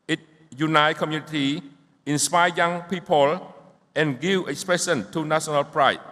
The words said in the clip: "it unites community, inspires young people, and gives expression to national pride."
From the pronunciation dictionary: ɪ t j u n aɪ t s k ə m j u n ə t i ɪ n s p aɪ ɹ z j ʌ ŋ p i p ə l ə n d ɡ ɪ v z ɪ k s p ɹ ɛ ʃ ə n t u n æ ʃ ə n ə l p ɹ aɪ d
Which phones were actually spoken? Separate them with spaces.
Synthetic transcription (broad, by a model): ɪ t j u n aɪ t k ə m j u n ə t i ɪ n s p aɪ j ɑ ŋ p i p ə l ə n ɡ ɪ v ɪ k s p ɹ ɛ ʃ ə n t u n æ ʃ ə n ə l p ɹ aɪ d